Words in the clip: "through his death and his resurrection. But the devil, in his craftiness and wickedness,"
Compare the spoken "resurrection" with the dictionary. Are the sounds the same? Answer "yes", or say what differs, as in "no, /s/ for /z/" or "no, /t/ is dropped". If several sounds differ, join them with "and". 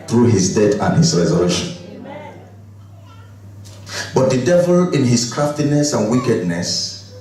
no, /k/ is dropped